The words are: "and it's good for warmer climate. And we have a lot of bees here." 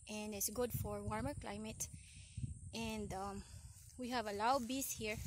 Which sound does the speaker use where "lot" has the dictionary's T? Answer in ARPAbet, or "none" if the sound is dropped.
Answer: none